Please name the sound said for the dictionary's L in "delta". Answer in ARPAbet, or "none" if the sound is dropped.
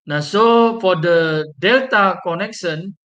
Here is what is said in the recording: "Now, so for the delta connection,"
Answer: L